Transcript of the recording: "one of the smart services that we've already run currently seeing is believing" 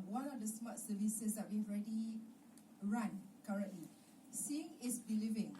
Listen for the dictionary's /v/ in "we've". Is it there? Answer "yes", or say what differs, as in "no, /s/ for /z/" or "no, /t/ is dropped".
no, /v/ is dropped